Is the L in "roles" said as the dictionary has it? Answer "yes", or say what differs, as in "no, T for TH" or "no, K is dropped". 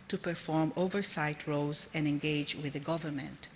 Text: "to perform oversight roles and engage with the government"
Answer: no, L is dropped